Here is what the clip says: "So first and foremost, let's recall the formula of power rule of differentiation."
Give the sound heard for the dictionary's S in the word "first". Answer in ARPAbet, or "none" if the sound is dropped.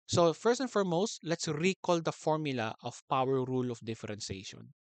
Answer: S